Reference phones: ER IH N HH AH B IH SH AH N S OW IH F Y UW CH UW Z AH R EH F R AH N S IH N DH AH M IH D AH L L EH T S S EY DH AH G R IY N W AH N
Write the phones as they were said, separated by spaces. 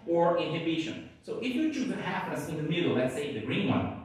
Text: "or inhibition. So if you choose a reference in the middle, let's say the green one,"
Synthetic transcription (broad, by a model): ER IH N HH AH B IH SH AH N S OW IH F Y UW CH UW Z AH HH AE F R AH S IH N DH AH M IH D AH L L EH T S S EY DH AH G R IY N W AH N